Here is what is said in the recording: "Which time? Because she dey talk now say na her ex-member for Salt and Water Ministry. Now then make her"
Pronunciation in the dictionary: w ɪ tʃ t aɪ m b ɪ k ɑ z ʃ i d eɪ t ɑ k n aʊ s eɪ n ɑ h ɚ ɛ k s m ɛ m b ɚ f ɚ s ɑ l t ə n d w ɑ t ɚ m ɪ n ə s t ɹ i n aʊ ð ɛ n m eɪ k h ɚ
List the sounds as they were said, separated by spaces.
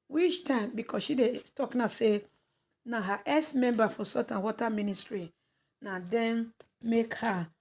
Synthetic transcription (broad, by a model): w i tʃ t aɪ m b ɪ k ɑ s ʃ i d eɪ t ɑ k n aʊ s eɪ n ɑ h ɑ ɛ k s m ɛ m b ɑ f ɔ s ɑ t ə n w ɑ t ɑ m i n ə s t ɹ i n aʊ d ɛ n m eɪ k h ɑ